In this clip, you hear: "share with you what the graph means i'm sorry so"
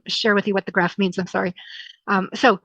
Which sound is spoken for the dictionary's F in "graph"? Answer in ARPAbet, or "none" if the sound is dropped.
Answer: F